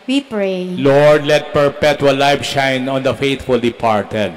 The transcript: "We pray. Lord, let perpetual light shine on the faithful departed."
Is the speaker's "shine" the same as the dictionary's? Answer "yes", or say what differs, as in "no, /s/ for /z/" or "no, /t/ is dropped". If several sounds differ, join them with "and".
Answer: yes